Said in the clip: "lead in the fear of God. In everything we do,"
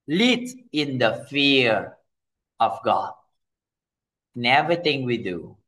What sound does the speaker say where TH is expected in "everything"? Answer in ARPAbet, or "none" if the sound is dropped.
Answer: T